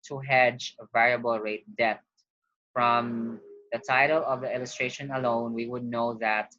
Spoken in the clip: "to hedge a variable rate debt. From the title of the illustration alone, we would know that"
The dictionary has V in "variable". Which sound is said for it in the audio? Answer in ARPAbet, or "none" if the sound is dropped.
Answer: V